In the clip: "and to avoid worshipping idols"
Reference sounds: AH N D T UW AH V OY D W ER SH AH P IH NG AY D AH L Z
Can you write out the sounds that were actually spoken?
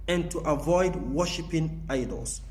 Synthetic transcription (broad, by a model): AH N T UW AH V OY D W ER SH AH P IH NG AY D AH L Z